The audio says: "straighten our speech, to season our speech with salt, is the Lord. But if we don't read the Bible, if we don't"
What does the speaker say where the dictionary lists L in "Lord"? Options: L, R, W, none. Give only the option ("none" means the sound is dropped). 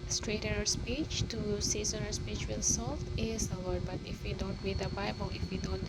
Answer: W